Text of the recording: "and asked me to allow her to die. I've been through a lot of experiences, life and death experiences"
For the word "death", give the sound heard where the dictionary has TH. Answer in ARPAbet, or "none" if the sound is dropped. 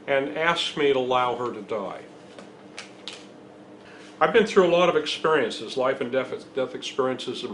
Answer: TH